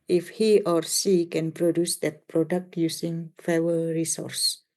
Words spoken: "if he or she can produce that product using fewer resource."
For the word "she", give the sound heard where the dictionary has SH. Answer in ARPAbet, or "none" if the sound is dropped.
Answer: S